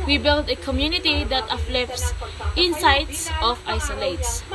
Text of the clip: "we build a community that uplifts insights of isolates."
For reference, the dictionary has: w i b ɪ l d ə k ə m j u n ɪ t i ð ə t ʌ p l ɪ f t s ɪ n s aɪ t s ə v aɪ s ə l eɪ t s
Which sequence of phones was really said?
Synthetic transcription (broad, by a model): w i b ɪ l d ə k ə m j u n ɪ t i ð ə t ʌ f l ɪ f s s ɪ n s aɪ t s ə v aɪ s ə l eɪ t s